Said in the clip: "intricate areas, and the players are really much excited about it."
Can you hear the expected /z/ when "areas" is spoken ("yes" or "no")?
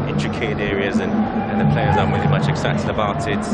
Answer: yes